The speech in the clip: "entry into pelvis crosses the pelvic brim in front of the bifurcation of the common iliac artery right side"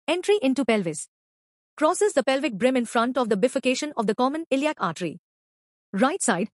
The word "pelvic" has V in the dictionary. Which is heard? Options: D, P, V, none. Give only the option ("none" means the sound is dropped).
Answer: V